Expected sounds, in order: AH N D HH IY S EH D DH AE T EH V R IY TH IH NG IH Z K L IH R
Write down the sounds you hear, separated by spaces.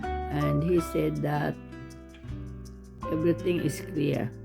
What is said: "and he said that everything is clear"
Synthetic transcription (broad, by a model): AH N D HH IY S EH D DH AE T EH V R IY T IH NG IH S K L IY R